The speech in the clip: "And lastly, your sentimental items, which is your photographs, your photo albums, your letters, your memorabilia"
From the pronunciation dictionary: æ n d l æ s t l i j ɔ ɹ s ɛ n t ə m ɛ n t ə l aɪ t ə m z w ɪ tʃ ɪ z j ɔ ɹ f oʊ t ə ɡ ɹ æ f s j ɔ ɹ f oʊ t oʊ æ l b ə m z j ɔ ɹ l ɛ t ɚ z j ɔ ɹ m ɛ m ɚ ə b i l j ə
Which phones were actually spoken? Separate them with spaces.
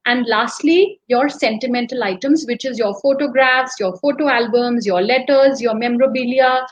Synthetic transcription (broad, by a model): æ n d l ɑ s t l i j ɔ ɹ s ɛ n t ə m ɛ n t ə l aɪ t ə m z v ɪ tʃ ɪ z j ɔ ɹ f oʊ t ə ɡ ɹ æ f s j ɔ ɹ f oʊ t oʊ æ l b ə m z j ɔ ɹ l ɛ t ɚ z j ɔ ɹ m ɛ m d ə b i l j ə